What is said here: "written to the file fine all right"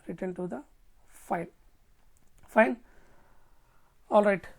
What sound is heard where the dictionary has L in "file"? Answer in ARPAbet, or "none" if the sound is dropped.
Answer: N